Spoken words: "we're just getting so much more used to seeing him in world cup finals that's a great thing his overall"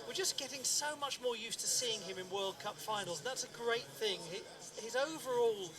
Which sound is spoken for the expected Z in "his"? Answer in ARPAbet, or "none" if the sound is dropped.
Z